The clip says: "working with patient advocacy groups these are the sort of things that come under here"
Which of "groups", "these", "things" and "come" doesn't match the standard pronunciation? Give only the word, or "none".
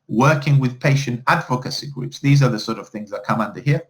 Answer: none